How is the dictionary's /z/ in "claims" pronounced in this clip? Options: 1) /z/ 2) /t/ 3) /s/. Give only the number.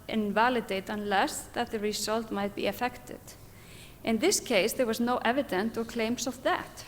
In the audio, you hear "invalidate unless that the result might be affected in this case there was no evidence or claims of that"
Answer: 3